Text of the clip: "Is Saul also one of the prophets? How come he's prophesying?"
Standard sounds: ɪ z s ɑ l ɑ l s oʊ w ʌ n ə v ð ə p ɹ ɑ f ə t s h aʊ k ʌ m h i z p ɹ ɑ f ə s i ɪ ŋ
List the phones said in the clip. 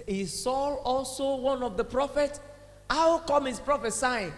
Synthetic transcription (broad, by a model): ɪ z s ɑ l ɑ l s oʊ w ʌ n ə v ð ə p ɹ ɑ f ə t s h aʊ k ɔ m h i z p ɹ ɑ f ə s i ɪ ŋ